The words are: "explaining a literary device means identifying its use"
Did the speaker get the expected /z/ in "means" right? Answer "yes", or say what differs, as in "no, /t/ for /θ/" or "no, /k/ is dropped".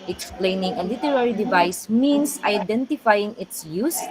no, /s/ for /z/